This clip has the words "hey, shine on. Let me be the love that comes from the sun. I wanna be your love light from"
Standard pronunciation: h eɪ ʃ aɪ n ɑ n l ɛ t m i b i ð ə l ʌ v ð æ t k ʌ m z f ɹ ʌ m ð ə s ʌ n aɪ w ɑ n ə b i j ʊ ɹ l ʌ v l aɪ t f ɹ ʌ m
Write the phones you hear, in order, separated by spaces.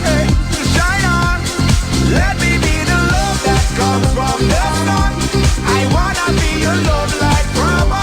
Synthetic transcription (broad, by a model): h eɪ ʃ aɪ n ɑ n l ɛ t m i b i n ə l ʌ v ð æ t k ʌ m f ɹ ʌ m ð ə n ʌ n aɪ w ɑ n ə b i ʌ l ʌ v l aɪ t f ɹ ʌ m